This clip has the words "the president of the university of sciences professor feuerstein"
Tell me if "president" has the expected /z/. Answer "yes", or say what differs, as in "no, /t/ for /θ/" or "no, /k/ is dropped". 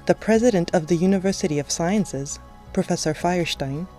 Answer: yes